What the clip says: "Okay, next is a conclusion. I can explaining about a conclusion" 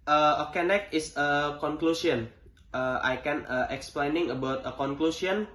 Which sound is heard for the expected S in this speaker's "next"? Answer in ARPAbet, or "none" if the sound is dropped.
none